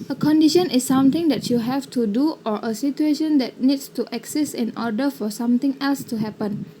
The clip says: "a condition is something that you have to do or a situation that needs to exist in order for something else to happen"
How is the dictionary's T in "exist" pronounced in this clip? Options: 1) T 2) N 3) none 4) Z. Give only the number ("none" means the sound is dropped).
3